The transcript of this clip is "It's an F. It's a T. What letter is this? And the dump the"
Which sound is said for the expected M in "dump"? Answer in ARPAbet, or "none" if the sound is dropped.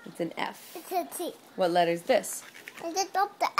none